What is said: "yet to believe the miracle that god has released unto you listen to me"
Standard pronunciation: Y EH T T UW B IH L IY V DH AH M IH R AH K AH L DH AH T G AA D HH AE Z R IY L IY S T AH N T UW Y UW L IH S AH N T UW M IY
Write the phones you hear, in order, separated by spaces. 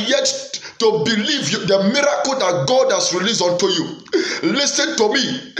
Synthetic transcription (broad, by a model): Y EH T T UW B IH L IY V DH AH M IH R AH K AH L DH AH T G AA D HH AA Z R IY L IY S AO N T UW Y UW L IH S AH N T UW M IY